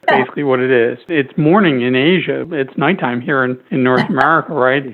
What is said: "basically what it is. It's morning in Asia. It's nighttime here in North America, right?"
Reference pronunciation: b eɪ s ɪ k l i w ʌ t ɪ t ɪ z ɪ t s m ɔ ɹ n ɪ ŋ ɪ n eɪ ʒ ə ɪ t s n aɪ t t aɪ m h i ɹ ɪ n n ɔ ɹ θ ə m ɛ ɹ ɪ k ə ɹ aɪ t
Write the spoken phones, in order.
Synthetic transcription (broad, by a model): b eɪ s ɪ k l i w ʌ t ɪ t ɪ z ɪ t s m ɔ ɹ n ɪ ŋ ɪ n eɪ ʒ ə ɪ t s n aɪ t t aɪ m h i ɹ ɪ n n ɔ ɹ θ ə m ɛ ɹ ɪ k ə ɹ aɪ t